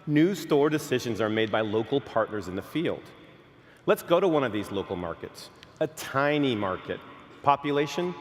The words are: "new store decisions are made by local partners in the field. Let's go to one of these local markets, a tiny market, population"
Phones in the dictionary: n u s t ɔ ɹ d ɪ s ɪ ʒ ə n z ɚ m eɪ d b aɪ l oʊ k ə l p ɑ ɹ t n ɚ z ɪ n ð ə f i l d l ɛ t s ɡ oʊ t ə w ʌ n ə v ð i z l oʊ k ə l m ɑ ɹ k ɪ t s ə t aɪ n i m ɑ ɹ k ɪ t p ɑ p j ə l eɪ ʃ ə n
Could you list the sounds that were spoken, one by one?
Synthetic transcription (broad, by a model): n u s t ɔ ɹ d ɪ s ɪ ʒ ə n z ɚ m eɪ d b aɪ l oʊ k l p ɑ ɹ t n ɚ z ɪ n ð ə f i l d l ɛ t s ɡ oʊ t ə w ʌ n ə v ð i z l oʊ k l m ɑ ɹ k ɪ t s ə t aɪ n i m ɑ ɹ k ɪ t p ɑ p j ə l eɪ ʃ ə n